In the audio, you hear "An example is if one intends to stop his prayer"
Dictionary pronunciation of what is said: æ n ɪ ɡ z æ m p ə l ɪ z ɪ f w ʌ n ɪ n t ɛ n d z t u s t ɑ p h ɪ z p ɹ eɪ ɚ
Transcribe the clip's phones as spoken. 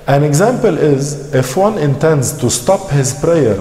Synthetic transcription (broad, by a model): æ n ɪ ɡ z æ m p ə l ɪ z ɪ f w ʌ n ɪ n t ɛ n d z t u s t ɑ p h ɪ z p ɹ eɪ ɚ